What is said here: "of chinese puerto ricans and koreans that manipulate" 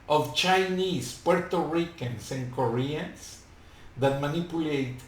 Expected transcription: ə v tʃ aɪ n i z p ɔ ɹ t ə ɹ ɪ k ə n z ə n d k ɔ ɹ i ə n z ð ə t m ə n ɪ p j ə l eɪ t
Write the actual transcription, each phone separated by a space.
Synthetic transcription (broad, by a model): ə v tʃ aɪ n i s p ɔ ɹ t ə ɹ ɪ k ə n s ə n k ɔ ɹ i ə n s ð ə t m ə n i p j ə l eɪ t